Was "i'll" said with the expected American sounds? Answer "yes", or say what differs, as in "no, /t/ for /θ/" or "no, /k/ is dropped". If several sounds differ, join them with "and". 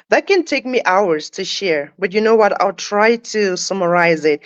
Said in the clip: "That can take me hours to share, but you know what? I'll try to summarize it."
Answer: yes